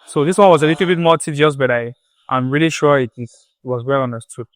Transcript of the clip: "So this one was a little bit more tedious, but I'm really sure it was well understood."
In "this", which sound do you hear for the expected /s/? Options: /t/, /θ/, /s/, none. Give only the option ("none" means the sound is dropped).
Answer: /s/